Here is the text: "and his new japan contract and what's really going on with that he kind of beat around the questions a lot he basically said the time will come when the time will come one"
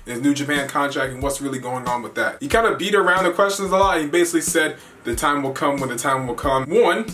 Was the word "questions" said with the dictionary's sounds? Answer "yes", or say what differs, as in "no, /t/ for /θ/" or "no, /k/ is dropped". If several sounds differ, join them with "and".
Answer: no, /n/ is dropped